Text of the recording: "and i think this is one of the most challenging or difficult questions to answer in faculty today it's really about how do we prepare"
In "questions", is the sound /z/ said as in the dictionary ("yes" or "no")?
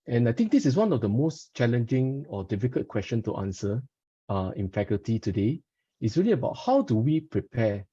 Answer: no